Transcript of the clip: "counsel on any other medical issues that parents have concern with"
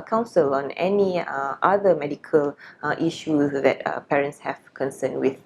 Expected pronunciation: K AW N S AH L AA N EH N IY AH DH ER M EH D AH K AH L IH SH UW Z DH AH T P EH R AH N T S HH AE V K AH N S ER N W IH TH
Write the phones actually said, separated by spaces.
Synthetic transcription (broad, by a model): K AW N S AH L AA N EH N IY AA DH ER M EH D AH K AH L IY SH UW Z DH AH T P EH R AH N T S HH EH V K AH N S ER N W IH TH